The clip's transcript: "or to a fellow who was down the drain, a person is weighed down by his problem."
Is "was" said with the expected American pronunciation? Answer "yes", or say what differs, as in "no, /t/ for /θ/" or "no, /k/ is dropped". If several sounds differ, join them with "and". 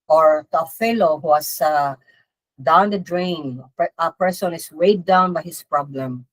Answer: no, /s/ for /z/